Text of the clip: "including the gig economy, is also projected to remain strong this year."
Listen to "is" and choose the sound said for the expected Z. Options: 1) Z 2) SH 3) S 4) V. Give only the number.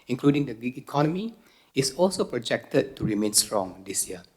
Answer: 3